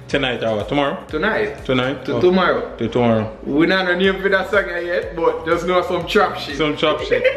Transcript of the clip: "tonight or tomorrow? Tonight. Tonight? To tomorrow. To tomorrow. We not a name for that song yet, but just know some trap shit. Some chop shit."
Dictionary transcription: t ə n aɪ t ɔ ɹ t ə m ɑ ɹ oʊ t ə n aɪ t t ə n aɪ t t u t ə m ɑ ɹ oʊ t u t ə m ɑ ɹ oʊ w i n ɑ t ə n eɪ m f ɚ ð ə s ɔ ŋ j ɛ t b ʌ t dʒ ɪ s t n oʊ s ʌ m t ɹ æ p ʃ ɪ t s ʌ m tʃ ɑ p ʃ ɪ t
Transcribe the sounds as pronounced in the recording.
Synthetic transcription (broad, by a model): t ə n aɪ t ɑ w t ə m ɑ ɹ oʊ t ə n aɪ t t ə n aɪ t t u t ə m ɑ ɹ oʊ t u t ə m ɑ ɹ oʊ w i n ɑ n ə n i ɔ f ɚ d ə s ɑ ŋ j ɛ t b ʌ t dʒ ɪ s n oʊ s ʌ m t ɹ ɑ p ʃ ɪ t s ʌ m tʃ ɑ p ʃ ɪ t